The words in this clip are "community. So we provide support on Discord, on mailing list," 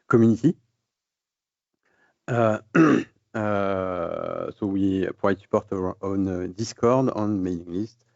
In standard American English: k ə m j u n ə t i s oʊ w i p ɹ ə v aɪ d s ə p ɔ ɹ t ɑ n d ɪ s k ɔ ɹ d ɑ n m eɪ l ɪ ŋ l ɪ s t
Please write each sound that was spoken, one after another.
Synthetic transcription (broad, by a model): k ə m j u n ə t i s oʊ w i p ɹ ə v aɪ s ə p ɔ ɹ t ɑ n d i s k ɔ ɹ d ɑ n m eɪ n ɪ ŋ l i s t